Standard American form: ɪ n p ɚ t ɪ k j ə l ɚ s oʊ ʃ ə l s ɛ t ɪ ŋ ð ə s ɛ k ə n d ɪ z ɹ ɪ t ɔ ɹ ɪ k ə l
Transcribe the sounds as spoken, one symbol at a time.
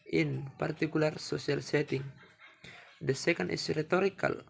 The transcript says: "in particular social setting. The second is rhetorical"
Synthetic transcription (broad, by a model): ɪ n p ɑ t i k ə l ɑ s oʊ s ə l s ɛ t ɪ ŋ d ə s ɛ k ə n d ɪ s ɹ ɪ t ɔ ɹ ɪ k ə l